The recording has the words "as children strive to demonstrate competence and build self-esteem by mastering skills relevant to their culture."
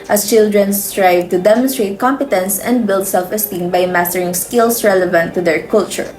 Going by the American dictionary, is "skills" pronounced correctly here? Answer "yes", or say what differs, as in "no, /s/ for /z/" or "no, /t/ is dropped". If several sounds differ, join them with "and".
no, /s/ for /z/